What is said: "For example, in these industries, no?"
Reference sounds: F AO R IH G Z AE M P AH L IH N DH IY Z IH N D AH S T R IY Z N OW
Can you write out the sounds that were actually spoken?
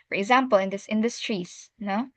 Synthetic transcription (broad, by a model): F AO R IH G Z AE M P AH L IH N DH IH S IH N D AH S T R IY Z N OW